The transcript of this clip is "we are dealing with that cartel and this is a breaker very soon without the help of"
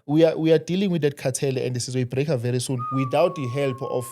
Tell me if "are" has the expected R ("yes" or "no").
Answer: no